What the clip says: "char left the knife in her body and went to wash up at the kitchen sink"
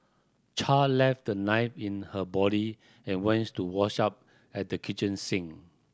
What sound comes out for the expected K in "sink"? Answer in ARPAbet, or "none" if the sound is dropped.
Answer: none